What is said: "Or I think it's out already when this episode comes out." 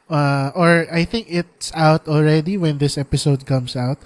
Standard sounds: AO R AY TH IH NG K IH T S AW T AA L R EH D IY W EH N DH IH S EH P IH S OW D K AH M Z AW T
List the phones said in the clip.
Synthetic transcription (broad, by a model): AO R AY TH IH NG K IH T S AW T AA L R EH D IY W EH N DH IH S EH P IH S OW D K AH M S AW T